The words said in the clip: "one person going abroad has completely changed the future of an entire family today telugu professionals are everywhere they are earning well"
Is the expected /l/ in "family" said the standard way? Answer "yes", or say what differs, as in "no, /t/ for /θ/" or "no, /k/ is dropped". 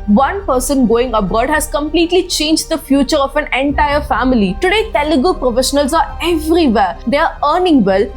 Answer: yes